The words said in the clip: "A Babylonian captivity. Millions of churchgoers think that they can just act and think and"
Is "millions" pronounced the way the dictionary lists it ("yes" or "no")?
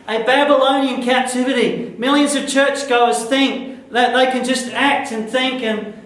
yes